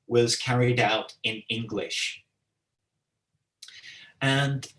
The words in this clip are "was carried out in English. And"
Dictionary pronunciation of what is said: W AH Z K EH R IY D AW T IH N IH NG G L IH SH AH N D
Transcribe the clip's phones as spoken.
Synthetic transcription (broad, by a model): W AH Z K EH R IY D AW T IH N IH NG G L IH SH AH N